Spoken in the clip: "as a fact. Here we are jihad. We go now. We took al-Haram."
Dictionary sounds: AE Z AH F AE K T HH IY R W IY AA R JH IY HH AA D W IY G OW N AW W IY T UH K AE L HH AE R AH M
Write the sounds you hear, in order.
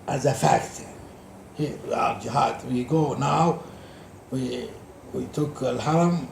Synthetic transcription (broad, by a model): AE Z AH F AE K T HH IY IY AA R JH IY HH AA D W IY G OW N AW W IY T UH K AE L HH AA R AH M